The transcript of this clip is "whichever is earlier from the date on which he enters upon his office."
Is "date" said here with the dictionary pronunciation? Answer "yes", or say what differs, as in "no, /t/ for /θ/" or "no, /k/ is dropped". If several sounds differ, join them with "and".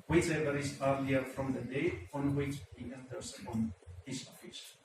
no, /t/ is dropped